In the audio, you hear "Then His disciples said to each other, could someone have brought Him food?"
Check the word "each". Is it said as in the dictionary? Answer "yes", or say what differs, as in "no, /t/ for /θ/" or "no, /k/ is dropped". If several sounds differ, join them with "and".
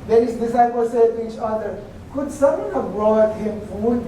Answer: yes